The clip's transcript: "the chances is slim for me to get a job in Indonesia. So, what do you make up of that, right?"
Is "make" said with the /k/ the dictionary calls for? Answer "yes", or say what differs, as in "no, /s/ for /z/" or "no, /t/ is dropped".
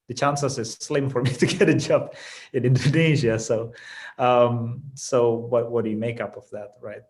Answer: yes